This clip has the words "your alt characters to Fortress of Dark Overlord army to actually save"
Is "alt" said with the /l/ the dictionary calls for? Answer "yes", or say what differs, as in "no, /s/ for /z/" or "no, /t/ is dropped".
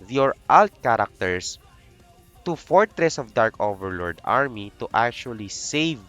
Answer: yes